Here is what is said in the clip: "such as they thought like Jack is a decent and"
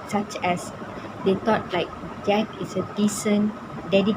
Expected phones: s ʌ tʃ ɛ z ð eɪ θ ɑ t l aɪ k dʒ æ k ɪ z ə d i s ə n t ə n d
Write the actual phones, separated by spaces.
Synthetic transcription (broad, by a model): s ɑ tʃ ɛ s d eɪ t ɑ t l aɪ k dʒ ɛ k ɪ s ə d i s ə n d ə d